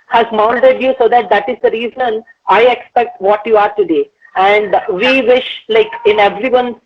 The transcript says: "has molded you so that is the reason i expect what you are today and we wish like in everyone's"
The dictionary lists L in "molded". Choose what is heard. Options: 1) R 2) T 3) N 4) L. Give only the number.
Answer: 3